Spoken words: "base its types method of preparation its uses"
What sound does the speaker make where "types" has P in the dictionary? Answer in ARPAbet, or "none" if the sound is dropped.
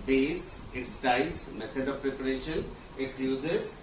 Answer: none